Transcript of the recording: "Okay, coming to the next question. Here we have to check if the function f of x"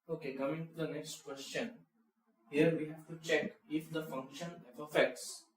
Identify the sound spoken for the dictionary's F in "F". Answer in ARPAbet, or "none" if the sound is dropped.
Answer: P